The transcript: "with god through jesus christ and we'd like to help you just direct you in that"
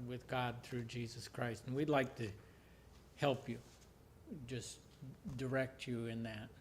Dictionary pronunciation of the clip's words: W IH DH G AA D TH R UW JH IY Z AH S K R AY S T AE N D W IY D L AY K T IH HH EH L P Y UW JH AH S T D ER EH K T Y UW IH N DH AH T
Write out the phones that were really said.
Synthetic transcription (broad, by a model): W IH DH G AA D TH R UW JH IY Z AH S K R AY S T N W IY D L AY K T IH HH EH L P Y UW JH AH S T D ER EH K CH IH IH N DH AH T